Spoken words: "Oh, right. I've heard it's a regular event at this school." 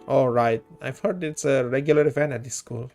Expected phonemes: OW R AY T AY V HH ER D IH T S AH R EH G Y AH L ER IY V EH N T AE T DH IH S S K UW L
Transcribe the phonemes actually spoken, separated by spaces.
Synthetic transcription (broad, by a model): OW R AY T AY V HH ER D IH T S AH R EH G Y AH L ER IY F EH N AE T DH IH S S K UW L